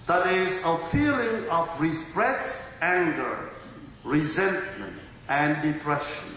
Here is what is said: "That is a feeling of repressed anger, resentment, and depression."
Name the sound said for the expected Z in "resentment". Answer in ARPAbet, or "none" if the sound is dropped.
Z